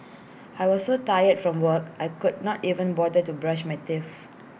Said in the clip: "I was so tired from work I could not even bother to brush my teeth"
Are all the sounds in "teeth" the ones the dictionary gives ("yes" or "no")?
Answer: no